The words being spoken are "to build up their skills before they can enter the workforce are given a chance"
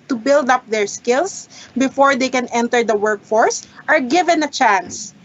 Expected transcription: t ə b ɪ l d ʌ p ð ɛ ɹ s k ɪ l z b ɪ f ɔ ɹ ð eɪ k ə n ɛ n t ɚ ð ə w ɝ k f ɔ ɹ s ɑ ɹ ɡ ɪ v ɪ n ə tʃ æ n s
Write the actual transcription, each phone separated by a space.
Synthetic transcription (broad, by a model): t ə b ɪ l d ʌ p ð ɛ ɹ s k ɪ l s b ɪ f ɔ ɹ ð eɪ k ə n ɛ n t ɚ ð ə w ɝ k f ɔ ɹ s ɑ ɹ ɡ ɪ v ɪ n ə tʃ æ n s